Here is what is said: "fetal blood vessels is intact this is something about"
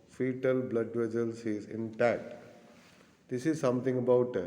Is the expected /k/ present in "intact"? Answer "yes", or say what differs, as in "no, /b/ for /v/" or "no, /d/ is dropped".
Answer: no, /k/ is dropped